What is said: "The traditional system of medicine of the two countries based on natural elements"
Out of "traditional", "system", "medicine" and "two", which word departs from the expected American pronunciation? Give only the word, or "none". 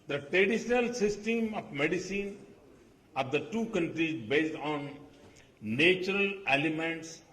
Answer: none